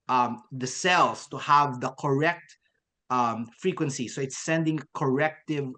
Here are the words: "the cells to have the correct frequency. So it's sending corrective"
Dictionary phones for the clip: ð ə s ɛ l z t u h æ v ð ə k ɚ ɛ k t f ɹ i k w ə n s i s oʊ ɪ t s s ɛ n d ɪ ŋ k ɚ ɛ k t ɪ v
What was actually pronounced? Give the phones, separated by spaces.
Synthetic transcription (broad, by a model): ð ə s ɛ l s t u h æ v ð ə k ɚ ɛ k t f ɹ i k w ə n s i s oʊ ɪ t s s ɛ n d ɪ ŋ k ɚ ɛ k t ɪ v